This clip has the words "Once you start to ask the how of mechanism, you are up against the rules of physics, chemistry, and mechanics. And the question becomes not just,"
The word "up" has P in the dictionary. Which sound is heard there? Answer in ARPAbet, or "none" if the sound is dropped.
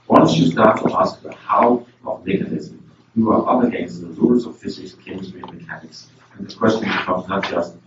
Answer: B